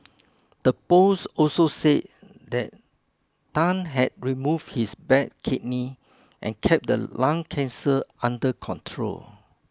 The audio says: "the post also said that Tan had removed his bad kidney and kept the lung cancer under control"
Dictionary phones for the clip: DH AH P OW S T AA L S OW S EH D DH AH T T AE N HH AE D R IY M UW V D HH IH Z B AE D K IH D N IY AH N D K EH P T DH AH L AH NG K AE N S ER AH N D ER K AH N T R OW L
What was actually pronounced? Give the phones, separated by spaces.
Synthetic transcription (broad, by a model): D AH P OW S AA L S OW S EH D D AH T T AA N HH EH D R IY M UW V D HH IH S B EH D K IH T N IY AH N K EH P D AH L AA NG K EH N S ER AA N D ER K AH N T R OW L